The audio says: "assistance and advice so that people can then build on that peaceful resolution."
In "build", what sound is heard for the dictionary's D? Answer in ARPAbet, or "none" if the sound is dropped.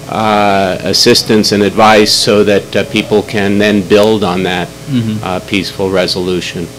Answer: D